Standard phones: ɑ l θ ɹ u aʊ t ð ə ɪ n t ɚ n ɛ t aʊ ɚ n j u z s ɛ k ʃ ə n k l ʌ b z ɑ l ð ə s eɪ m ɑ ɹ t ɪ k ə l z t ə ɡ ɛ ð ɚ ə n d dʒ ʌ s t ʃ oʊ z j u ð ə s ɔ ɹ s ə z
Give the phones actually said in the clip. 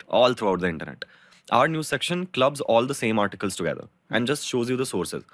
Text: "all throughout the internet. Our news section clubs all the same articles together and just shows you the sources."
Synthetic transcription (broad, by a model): ɑ l t ɹ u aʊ t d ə ɪ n t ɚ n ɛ t aʊ ɚ n j u s ɛ k ʃ ə n k l ʌ b z ɑ l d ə s eɪ m ɑ ɹ t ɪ k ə l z t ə ɡ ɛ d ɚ ə n d dʒ ʌ s t ʃ oʊ z j u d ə s ɔ ɹ s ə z